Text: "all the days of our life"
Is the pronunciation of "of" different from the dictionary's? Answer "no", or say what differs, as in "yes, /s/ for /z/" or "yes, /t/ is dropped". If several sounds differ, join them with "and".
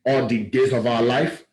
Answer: no